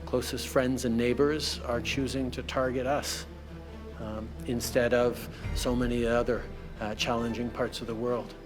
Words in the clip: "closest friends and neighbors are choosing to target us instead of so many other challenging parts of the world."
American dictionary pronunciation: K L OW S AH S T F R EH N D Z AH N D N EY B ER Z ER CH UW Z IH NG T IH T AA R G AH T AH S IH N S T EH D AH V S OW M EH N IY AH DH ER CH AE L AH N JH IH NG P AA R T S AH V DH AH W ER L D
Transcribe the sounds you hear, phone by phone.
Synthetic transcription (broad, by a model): K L OW S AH S T F R EH N D Z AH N N EY B ER Z ER CH UW Z IH NG T IH T AA R G AH T AH S IH N S T EH D AH V S OW M EH N IY AH DH ER CH AE L AH N JH IH NG P AA R T S AH V DH AH W ER L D